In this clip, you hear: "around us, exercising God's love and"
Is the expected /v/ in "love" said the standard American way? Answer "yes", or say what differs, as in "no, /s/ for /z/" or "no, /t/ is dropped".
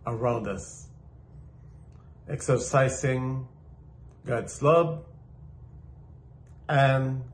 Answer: no, /b/ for /v/